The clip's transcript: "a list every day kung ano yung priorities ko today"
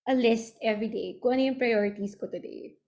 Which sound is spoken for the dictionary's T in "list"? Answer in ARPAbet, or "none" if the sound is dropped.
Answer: T